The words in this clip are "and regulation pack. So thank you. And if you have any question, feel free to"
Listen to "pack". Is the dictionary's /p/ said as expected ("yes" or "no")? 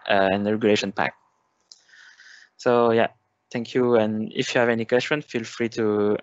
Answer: yes